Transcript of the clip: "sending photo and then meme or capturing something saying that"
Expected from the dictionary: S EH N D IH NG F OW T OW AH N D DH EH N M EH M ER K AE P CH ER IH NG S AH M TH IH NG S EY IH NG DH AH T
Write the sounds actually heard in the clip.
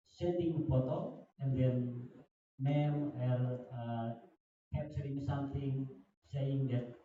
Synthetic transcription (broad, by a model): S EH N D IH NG P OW T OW AH N D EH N M EH M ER K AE P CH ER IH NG S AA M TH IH NG S EY IH NG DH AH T